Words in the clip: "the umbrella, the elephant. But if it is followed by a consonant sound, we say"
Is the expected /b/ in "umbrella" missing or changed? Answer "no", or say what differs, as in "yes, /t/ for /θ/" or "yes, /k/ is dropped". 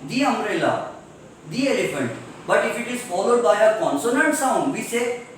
yes, /b/ is dropped